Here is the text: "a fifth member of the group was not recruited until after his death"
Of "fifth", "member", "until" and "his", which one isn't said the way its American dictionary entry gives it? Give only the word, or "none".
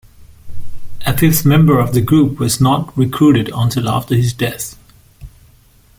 fifth